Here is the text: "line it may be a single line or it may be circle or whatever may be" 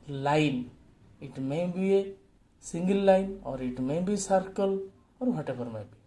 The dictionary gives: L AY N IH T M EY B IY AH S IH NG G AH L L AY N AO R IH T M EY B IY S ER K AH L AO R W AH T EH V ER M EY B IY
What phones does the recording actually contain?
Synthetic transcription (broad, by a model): L AY N IH T M EY B IY S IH NG G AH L L AY N AO R IH T M EY B IY S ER K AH L AO R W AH T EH B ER M EY B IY